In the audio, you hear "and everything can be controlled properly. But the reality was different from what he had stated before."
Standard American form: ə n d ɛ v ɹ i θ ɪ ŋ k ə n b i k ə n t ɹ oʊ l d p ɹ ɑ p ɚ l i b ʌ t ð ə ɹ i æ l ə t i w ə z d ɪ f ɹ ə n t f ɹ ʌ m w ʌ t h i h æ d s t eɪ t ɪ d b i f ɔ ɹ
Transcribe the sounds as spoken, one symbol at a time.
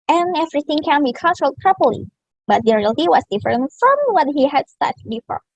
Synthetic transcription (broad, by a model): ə n ɛ v ɹ i θ ɪ ŋ k ə n b i k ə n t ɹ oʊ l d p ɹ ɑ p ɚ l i b ʌ t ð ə ɹ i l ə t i w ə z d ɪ f ɹ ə n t f ɹ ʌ m w ʌ t h i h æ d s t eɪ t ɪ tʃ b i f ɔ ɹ